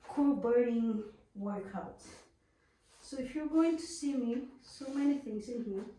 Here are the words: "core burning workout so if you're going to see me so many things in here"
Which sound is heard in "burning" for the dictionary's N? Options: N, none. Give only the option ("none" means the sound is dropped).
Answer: none